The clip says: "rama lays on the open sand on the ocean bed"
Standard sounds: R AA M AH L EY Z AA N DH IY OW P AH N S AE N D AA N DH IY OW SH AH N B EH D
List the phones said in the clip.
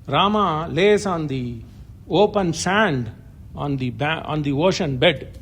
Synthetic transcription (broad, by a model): R AA M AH L EY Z AA N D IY OW P AH N S AE N D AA N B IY OW SH AH N B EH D